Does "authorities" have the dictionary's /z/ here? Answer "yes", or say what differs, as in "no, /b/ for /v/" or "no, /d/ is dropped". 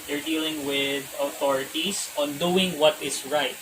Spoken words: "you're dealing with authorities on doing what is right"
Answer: no, /s/ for /z/